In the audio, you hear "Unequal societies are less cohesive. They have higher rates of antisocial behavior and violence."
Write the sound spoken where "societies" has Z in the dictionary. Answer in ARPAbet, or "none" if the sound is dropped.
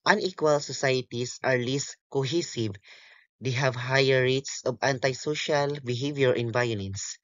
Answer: S